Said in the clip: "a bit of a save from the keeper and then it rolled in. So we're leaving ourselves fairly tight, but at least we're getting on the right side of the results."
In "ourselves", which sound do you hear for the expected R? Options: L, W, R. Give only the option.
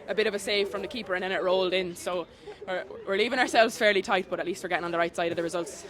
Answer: R